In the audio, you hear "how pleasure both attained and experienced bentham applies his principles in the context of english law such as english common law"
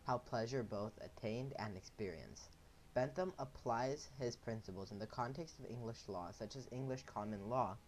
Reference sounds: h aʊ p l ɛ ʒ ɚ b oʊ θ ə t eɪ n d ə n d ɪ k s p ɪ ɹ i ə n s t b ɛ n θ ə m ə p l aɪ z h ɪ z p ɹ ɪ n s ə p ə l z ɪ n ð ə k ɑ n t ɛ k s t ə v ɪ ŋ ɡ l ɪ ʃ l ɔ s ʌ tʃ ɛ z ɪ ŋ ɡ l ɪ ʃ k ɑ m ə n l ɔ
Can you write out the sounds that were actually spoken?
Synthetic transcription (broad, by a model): h aʊ p l ɛ ʒ ɚ b oʊ θ ə t eɪ n d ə n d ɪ k s p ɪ ɹ i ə n s b ɛ n θ ə m ə p l aɪ z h ɪ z p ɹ ɪ n s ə p l z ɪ n ð ə k ɑ n t ɛ k s t ə v ɪ ŋ ɡ l ɪ ʃ l ɔ s ʌ tʃ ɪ z ɪ ŋ ɡ l ɪ ʃ k ɑ m ə n l ɔ